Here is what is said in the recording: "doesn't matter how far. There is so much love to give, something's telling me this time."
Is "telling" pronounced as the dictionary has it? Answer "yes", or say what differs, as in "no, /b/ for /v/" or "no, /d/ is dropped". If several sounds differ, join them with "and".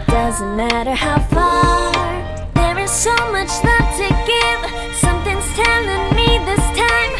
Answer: no, /n/ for /l/